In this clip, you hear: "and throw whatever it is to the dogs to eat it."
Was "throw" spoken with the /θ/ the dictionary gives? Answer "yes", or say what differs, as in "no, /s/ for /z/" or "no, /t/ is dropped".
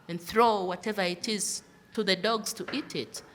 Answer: yes